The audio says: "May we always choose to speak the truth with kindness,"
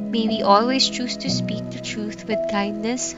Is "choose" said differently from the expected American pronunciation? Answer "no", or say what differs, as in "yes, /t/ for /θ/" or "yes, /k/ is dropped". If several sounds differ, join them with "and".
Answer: no